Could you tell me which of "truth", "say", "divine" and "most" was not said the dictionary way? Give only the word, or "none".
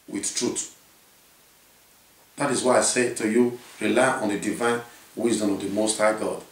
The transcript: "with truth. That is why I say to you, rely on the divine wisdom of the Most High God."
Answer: truth